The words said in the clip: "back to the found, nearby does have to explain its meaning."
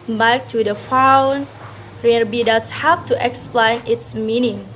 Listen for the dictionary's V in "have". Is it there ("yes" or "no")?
no